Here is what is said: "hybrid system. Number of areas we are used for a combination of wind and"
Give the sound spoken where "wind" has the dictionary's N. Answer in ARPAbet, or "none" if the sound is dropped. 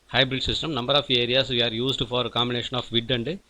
none